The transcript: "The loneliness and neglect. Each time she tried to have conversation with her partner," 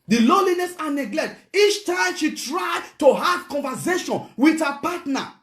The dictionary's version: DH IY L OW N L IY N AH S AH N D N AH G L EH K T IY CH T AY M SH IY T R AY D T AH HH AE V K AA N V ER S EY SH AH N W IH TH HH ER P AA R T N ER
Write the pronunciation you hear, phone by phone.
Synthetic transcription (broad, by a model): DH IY L OW L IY N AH S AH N N AH G L EH K T IY CH T AY M SH IY T R AY D T AH HH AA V K AA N V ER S EY SH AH N W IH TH HH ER P AA T N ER